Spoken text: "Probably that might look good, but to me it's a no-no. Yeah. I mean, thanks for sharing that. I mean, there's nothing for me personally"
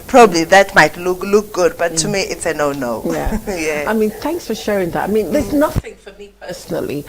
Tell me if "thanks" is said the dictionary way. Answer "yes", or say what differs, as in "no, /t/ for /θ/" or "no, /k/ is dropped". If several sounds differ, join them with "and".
yes